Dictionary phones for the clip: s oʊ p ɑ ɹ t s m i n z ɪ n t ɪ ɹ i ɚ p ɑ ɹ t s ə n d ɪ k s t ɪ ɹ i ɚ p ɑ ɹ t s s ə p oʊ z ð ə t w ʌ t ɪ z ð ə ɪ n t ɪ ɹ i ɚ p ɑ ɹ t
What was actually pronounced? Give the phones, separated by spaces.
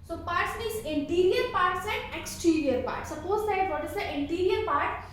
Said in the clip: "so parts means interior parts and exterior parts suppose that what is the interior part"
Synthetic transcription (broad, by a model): s oʊ p ɑ ɹ t s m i z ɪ n t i ɹ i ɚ p ɑ ɹ t s ə n d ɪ k s t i ɹ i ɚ p ɑ ɹ t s s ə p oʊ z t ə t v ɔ t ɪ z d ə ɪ n t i ɹ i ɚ p ɑ ɹ t